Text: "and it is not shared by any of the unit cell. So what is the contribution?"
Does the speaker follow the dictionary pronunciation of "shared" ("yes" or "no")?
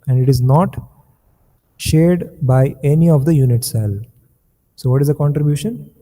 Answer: yes